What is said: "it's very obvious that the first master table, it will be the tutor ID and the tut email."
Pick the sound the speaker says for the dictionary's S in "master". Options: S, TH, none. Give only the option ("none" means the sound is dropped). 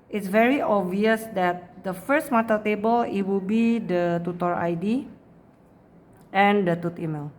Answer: none